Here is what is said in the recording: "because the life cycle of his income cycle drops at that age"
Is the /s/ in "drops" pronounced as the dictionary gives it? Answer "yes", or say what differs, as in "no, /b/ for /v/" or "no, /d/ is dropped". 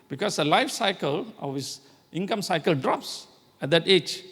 yes